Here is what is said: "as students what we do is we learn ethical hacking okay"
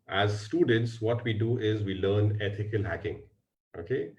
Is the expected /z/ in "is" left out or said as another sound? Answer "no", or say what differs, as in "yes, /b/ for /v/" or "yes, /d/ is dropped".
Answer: no